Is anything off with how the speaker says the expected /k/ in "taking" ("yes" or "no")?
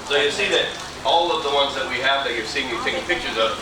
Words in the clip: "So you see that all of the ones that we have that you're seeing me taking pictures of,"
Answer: yes